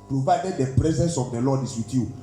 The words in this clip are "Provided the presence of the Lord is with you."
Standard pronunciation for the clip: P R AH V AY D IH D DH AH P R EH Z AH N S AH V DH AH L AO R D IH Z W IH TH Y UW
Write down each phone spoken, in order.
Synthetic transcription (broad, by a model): P R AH V AY D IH D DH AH P R EH Z AH N S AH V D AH L AO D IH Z W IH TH Y UW